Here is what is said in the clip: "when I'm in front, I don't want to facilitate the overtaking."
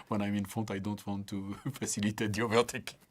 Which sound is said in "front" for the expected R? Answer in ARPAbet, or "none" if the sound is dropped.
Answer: none